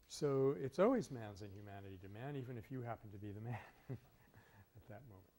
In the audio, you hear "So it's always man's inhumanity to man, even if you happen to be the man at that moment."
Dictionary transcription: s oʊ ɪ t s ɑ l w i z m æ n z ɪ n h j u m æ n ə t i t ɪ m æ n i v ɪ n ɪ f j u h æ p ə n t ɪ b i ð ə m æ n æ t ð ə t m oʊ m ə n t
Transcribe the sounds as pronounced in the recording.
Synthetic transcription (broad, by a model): s oʊ ɪ t s ɑ l w i z m æ n z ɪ n j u m æ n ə t i t ɪ m æ n i v ɪ n ɪ f j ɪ h æ p n t ɪ b i ð ə m æ n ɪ t ð ə t m oʊ m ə n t